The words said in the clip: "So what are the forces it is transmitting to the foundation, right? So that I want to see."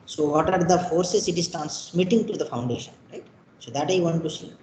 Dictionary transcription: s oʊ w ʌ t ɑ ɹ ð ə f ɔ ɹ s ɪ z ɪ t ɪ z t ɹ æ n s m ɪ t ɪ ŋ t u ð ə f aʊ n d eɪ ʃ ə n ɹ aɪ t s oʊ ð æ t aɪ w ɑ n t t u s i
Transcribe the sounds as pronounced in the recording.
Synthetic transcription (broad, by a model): s oʊ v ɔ t ɑ ɹ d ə f ɔ ɹ s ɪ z ɪ t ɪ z t æ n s m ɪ t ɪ ŋ t u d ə f aʊ n d eɪ ʃ ə n ɹ aɪ t s oʊ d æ t aɪ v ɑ n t t u s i